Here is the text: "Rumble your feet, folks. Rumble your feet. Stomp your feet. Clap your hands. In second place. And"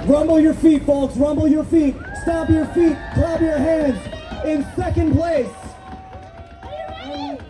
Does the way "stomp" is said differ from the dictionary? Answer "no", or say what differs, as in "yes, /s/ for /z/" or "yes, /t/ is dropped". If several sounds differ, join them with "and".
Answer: yes, /m/ is dropped